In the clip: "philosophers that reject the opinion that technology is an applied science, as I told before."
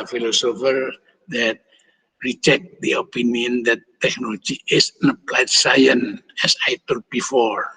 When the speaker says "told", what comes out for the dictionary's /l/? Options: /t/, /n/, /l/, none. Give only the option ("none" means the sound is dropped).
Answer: none